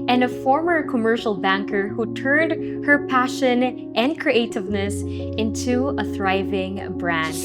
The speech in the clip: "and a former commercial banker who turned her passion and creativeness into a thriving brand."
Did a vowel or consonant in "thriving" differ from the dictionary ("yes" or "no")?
no